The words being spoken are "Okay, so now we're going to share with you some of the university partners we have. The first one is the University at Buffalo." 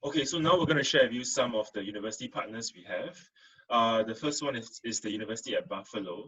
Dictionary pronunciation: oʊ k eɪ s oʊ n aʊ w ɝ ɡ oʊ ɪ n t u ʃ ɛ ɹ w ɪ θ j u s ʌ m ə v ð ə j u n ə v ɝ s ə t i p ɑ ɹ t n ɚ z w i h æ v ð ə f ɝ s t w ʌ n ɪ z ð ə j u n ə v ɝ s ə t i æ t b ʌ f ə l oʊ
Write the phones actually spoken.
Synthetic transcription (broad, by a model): oʊ k eɪ s oʊ n aʊ w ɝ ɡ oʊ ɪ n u ʃ ɛ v j u s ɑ m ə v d ə j u n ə v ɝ s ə t i p ɑ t n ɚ s w i h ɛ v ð ə f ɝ s t w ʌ n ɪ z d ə j u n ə v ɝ s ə t i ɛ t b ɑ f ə l oʊ